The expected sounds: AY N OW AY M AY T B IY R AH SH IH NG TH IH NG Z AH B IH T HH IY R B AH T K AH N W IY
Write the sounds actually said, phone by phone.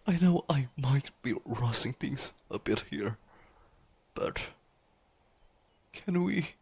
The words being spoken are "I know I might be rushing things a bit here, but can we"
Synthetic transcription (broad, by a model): AY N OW AY M AY T B IY R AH S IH NG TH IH NG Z AH B IH T HH IY R B AH T K AH N W IY